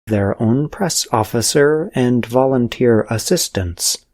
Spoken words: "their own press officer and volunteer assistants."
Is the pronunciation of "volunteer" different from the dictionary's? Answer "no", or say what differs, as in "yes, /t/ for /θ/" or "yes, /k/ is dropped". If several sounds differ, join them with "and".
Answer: no